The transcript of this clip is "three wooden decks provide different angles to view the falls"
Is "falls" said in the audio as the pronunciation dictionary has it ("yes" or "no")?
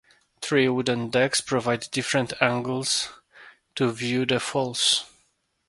no